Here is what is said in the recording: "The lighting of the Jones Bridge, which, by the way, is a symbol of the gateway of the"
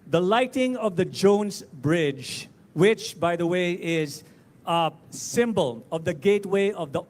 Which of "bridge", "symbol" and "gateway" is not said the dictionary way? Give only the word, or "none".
none